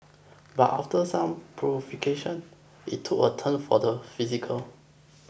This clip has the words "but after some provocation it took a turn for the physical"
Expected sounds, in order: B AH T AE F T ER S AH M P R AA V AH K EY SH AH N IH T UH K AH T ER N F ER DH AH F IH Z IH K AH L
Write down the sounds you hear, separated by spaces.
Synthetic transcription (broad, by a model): B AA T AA F T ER S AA M P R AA F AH K EY SH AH N IH T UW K AH T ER N F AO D AH F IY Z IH K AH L